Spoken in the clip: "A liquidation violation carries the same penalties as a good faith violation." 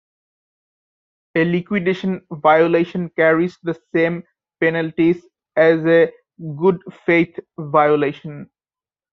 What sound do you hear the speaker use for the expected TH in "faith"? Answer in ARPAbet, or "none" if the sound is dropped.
T